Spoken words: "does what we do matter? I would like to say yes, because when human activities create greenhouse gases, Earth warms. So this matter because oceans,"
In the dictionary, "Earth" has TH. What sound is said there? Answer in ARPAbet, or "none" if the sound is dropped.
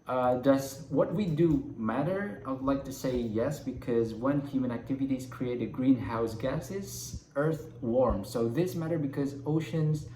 TH